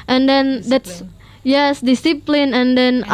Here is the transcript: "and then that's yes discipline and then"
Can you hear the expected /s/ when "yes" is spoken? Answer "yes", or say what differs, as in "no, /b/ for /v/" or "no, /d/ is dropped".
yes